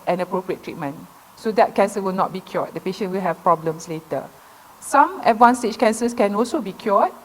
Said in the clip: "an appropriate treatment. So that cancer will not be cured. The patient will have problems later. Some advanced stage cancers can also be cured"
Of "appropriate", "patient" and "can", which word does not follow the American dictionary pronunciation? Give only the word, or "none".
none